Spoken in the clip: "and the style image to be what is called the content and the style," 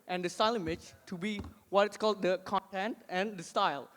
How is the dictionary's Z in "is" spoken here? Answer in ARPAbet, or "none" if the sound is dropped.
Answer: S